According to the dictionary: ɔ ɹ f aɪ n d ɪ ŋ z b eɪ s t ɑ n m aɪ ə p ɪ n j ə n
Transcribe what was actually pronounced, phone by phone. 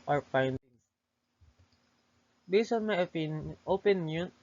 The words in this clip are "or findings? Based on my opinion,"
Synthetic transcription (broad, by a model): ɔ ɹ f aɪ n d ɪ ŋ s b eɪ s ɑ n m aɪ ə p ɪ n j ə n